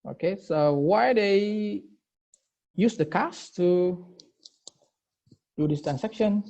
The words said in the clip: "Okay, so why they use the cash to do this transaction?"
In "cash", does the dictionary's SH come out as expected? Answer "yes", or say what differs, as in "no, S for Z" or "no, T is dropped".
no, S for SH